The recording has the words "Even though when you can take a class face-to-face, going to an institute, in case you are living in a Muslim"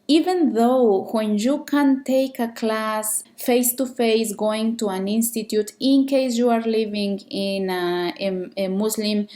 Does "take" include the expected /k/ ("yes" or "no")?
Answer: yes